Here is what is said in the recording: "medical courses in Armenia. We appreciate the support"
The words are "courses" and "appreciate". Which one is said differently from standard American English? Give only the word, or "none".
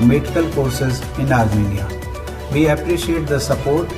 none